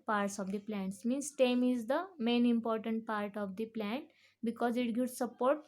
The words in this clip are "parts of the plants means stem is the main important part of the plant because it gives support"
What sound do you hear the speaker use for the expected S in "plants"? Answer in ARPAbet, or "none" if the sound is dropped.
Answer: S